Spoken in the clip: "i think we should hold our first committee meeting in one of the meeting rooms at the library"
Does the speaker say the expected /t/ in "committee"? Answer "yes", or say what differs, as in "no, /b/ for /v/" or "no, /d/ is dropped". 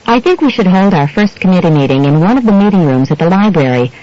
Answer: yes